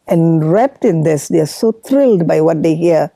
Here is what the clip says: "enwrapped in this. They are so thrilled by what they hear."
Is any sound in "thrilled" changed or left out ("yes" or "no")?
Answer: yes